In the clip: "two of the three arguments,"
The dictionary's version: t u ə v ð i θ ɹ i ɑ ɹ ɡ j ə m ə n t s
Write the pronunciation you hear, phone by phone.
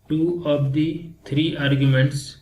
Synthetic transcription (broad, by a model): t u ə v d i t ɹ i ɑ ɹ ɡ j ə m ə n t s